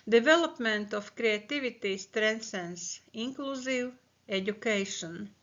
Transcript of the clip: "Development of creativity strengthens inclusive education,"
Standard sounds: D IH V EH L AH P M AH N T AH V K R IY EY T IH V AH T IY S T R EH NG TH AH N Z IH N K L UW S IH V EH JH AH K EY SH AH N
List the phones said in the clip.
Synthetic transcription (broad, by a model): D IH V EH L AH P M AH N T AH F K R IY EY T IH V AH T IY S T R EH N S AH N S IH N K L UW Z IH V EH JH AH K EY SH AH N